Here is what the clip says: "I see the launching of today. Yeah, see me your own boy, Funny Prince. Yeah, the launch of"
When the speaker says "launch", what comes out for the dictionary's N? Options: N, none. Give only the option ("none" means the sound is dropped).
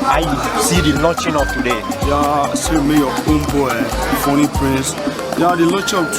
none